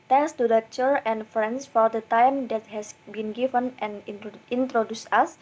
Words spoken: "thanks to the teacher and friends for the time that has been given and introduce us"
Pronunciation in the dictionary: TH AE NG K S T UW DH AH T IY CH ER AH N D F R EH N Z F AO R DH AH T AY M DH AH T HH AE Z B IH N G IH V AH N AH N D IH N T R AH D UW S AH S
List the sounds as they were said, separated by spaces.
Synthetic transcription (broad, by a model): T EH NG K S T UW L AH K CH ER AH N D F R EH N S F AO R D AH T AY M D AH T HH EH S B IH N G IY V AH N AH N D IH N T R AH D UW S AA S